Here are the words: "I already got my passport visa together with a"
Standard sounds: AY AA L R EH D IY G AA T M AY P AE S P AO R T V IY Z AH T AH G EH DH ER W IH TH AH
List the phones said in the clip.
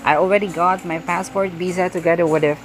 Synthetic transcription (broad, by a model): AY AA L R EH D IY G AA T M AY P AE S P AO R T B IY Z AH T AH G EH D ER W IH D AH